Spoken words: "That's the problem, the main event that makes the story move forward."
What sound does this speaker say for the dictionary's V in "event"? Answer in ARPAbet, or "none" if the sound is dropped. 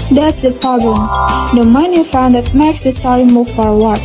F